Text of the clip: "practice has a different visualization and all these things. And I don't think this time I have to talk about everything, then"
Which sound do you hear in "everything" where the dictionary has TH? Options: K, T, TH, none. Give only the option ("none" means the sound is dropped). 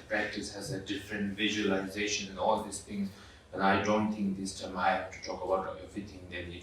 T